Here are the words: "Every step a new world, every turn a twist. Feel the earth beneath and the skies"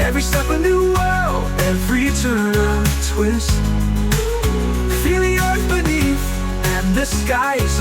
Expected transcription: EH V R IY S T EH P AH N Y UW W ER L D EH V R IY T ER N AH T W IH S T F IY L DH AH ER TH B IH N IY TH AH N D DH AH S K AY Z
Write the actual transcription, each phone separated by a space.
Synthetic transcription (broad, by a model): EH V R IY S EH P AH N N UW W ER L EH V R IY T ER N AH T W IH S T F IY L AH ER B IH N IY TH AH N DH AH S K AY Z